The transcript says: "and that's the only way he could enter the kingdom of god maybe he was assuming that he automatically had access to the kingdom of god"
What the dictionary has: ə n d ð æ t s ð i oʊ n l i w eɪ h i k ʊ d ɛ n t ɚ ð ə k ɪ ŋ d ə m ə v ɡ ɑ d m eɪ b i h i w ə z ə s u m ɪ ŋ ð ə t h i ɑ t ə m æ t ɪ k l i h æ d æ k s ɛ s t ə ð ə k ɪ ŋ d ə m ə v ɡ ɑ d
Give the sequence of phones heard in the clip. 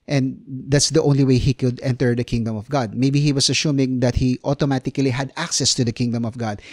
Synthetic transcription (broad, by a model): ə n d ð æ t s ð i oʊ n l i w eɪ h i k ʊ d ɛ n t ɚ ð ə k ɪ ŋ d ə m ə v ɡ ɑ d m eɪ b i h i w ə s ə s u m ɪ ŋ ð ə t h i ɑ t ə m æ t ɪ k l i h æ d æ k s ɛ s t ə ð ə k ɪ ŋ d ə m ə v ɡ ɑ d